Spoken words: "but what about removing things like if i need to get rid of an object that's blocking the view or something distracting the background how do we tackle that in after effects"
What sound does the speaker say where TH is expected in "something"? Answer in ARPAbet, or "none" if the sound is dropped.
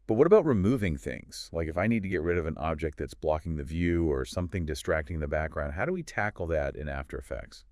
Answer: TH